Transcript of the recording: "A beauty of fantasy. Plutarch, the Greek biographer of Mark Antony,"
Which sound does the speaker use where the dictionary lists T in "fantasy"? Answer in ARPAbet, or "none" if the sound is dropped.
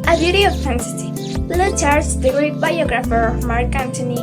S